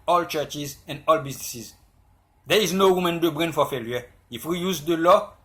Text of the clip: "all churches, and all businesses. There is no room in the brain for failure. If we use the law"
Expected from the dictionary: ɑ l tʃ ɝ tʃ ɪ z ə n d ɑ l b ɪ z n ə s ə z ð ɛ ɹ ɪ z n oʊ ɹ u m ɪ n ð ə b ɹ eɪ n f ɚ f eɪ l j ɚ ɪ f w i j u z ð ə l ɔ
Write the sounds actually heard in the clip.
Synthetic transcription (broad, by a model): ɑ l tʃ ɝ tʃ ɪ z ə n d ɑ l b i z n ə s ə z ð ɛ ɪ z n oʊ w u m ɪ n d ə b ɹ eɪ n f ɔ f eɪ l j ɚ ɪ f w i j u z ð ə l ɔ